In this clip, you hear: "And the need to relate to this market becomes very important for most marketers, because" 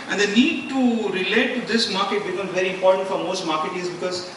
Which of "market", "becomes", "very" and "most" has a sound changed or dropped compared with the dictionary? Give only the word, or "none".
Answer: becomes